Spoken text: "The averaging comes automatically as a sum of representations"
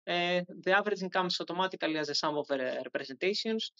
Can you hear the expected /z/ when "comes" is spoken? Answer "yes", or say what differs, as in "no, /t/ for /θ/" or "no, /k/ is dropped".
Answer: no, /s/ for /z/